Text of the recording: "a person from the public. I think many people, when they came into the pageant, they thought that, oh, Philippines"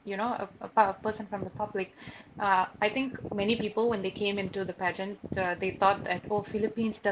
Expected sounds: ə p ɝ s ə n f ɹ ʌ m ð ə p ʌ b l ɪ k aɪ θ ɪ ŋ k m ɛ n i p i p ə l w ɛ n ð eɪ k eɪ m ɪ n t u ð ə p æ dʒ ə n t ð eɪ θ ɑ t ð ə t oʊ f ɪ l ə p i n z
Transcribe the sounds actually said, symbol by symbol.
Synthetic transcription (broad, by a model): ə p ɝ s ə n f ɹ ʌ m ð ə p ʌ b l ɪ k aɪ t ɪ ŋ k m ɛ n i p i p ə l w ɛ n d eɪ k eɪ m ɪ n t u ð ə p æ dʒ ə n t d eɪ t ɑ t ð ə t oʊ f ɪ l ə p i n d